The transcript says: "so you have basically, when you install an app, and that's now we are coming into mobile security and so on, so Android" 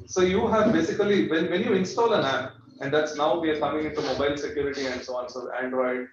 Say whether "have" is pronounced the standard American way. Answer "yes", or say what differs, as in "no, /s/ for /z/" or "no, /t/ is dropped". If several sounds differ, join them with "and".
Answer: yes